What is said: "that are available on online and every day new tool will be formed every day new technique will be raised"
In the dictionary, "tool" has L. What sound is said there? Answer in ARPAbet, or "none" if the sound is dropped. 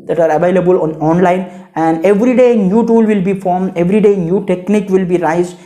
L